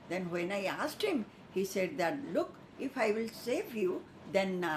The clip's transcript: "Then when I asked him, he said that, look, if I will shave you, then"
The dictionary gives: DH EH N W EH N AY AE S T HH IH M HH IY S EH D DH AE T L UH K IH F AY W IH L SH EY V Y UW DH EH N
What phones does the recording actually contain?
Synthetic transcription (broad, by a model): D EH N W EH N AY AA S T HH IH M HH IY S EH D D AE T L UH K IH F AY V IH L S EY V Y UW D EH N